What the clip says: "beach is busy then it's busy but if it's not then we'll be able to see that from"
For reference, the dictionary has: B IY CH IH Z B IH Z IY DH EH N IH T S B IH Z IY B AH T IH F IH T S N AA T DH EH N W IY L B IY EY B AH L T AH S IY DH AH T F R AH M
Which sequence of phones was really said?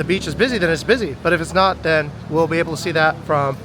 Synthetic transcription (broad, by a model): B IY CH IH Z B IH Z IY DH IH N IH T S B IH Z IY B AH T IH F IH T S N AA T DH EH N W IY L B IY EY B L T AH S IY DH AH T F R AH M